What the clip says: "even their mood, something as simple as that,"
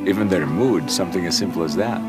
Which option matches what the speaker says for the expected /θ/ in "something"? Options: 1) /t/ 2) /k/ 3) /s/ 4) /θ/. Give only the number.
4